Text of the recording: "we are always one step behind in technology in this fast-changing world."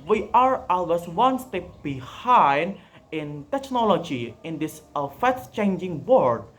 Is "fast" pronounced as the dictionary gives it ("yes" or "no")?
no